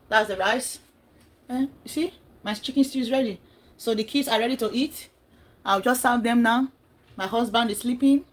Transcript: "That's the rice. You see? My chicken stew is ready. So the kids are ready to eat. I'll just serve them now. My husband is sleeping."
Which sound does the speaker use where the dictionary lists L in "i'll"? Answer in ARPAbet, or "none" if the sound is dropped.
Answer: W